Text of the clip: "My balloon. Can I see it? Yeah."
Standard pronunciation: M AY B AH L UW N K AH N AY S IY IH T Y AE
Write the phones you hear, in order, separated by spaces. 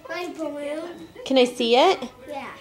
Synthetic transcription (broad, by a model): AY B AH UW K AH N AY S IY IH T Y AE